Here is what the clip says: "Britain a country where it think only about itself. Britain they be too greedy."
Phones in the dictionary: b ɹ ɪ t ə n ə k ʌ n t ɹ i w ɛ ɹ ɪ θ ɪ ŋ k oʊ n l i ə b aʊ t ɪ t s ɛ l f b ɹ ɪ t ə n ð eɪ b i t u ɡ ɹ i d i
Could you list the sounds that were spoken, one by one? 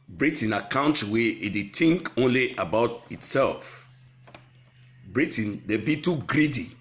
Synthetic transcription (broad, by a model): b ɹ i t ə n ə k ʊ n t w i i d ɪ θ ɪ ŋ k oʊ n l i ə b aʊ t ɪ t s ɛ l f b ɹ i t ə n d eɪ b i t u ɡ ɹ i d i